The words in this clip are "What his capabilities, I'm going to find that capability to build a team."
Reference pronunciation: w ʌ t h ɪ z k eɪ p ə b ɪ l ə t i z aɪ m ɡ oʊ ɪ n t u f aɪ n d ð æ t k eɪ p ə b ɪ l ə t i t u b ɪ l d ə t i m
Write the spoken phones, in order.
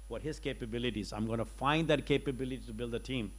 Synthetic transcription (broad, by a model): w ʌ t h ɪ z k eɪ p ə b ɪ l ə t i z aɪ m ɡ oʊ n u f aɪ n d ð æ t k eɪ p ə b ɪ l ə t i t u b ɪ l d ə t i m